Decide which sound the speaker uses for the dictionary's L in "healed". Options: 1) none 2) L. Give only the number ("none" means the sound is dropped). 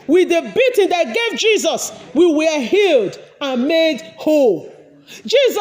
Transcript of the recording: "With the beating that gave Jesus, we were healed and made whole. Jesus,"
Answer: 2